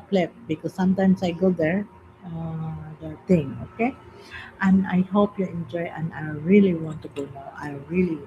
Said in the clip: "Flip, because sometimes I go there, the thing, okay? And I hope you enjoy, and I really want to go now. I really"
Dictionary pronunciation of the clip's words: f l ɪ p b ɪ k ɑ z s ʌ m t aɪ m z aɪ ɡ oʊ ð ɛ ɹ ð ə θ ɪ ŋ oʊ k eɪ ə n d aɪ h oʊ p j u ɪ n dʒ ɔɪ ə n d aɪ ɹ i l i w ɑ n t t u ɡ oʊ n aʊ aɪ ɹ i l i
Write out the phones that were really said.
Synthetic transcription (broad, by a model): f l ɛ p b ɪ k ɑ s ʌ m t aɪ m s aɪ ɡ oʊ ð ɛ ɹ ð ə t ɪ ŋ oʊ k eɪ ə n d aɪ h oʊ p j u ɪ n dʒ ɔɪ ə n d aɪ ɹ i l i w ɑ n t t u ɡ oʊ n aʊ aɪ ɹ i l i